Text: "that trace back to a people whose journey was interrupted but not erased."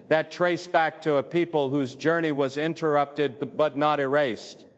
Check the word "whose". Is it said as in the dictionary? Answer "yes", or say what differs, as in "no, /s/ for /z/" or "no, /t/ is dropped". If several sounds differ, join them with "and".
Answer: yes